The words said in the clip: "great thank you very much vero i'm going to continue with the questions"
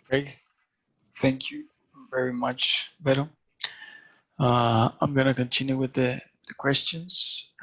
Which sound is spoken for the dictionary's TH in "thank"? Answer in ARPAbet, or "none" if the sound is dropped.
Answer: TH